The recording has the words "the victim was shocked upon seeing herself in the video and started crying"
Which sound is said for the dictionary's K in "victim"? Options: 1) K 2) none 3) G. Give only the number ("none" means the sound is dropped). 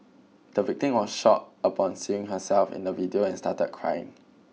1